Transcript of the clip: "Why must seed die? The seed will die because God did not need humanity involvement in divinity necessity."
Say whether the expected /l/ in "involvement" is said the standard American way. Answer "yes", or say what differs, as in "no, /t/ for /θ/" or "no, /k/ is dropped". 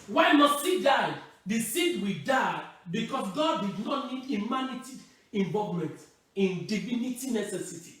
no, /l/ is dropped